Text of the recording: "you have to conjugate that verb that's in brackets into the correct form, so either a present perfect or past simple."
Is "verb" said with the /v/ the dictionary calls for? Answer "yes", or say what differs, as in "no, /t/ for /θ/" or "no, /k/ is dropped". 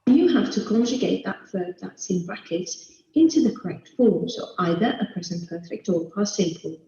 no, /f/ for /v/